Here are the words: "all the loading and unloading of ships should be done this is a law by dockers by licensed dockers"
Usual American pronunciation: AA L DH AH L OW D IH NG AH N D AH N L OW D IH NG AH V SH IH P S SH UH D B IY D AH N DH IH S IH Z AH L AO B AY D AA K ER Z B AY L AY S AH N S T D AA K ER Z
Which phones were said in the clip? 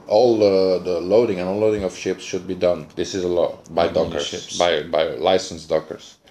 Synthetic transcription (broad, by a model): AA L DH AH L OW D IH NG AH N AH L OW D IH NG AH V SH IH P S SH UH D B IY D AH N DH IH S IH Z AH L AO B AY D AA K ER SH B AY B AY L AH N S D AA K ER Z